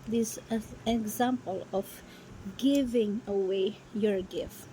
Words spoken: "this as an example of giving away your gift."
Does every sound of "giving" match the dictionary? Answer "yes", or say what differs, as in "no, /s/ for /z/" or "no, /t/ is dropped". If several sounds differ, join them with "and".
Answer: yes